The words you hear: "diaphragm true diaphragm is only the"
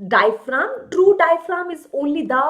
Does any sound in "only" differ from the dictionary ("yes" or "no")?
yes